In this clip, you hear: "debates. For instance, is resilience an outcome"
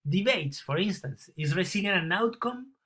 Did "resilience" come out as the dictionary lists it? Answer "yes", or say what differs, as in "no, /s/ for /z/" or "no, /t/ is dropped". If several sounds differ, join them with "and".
no, /s/ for /z/ and /s/ is dropped